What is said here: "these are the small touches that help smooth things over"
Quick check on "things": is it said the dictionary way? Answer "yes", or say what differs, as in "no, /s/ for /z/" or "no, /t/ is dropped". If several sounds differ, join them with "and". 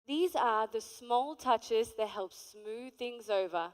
yes